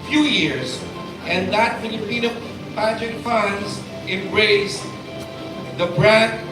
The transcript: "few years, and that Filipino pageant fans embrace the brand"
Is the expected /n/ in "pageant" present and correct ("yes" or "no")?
no